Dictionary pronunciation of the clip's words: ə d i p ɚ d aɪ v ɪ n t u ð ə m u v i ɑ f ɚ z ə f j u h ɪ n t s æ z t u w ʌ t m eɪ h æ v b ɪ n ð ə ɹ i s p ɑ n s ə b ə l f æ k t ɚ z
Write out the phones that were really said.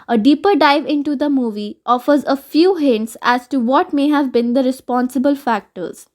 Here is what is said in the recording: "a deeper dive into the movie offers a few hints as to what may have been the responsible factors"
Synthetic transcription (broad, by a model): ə d i p ɚ d aɪ v ɪ n t u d ə m u v i ɑ f ɚ z ə f j u h ɪ n t s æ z t u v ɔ t m eɪ h æ v b ɪ n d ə ɹ i s p ɑ n s ə b ə l f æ k t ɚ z